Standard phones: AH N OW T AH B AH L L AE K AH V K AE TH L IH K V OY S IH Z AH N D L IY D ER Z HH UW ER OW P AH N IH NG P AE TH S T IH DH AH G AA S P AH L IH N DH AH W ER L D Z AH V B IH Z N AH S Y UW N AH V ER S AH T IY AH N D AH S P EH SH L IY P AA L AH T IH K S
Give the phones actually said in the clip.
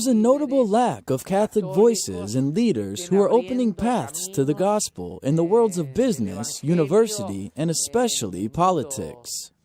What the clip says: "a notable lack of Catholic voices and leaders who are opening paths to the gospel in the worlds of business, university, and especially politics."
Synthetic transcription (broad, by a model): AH N OW T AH B L L AE K AH V K AE TH L IH K V OY S IH Z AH N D L IY D ER Z HH UW ER OW P AH N IH NG P AE TH S T IH DH AH G AA S P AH L IH N DH AH W ER L D Z AH V B IH Z N AH S Y UW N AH V ER S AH T IY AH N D AH S P EH SH L IY P AA L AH T IH K S